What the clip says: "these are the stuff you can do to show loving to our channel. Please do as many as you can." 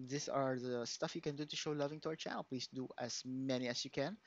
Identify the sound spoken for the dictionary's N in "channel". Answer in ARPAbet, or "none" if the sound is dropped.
none